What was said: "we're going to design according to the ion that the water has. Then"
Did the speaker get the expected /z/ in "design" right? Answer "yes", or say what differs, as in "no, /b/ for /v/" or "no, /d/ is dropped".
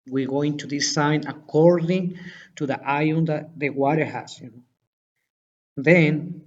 no, /s/ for /z/